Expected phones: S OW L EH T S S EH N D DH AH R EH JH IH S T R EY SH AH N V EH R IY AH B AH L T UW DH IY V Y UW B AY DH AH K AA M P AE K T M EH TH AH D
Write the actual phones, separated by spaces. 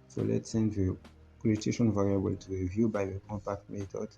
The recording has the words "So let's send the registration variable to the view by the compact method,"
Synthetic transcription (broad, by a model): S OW L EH T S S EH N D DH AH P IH T EY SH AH N V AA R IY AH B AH L T UW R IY V Y UW B AY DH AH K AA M P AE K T M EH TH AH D